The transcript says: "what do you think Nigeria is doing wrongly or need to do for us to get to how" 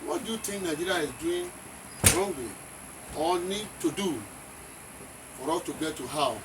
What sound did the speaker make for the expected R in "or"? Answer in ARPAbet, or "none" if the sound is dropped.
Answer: L